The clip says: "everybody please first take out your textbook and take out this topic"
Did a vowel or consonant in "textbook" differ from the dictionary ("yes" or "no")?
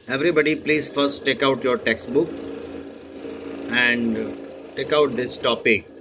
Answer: no